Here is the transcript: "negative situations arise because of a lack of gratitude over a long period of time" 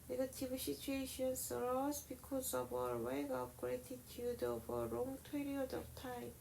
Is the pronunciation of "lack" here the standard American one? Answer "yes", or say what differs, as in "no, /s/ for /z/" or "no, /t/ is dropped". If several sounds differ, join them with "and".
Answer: no, /w/ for /l/